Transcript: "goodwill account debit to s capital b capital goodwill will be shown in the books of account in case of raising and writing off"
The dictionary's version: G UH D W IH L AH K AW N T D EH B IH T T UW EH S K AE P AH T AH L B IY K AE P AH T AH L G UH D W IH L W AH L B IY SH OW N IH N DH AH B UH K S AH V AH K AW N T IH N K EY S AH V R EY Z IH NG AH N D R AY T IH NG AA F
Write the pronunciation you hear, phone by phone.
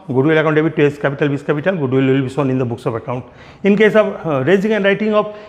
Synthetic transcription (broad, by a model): G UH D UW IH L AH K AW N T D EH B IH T T UW EH S K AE P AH T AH L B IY K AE P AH T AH L G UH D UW L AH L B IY S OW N IH N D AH B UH K S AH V AH K AW N T IH N K EY S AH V R EY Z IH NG AH N D R AY T IH NG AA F